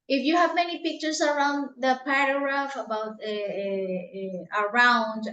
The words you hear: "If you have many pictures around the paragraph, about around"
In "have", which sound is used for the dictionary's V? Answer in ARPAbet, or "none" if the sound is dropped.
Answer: V